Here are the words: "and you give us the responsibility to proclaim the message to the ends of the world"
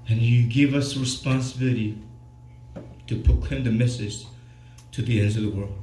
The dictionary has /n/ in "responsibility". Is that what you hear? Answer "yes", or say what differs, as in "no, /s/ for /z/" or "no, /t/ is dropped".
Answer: yes